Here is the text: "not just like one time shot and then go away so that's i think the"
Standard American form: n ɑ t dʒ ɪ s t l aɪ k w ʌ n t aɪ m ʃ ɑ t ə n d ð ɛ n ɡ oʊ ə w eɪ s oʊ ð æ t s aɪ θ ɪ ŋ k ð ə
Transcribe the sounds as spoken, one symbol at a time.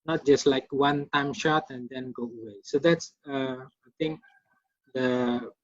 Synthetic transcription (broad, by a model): n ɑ t dʒ ɪ s t l aɪ k w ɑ n t aɪ m ʃ ɑ t ə n d ɛ n ɡ oʊ ə w eɪ s oʊ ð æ t s aɪ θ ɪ ŋ k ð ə